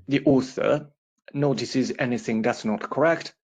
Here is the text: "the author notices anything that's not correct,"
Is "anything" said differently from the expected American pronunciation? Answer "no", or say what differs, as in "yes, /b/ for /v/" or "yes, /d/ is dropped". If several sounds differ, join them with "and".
no